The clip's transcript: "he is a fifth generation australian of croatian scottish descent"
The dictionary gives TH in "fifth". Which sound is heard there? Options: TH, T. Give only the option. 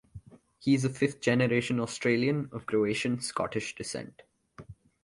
T